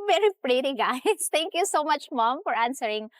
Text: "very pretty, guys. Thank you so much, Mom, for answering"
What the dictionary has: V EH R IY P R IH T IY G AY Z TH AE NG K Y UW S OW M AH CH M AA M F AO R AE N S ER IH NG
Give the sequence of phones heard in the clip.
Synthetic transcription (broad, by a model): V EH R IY P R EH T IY G AY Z T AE NG K Y UW S OW M AH CH M AA M F AO R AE N S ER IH NG